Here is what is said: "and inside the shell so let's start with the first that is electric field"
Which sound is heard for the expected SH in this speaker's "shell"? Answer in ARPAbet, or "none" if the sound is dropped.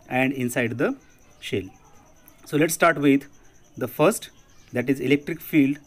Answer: SH